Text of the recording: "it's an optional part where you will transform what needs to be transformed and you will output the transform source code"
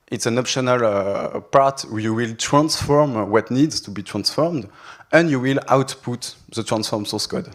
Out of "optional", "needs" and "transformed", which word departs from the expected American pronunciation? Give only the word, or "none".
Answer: none